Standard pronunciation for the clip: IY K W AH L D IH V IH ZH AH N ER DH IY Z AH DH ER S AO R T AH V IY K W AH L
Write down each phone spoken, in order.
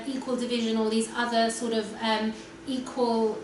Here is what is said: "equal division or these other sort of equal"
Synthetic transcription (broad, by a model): IY K W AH L D IH V IH ZH AH N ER DH IY Z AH DH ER S AO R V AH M IY K W AH L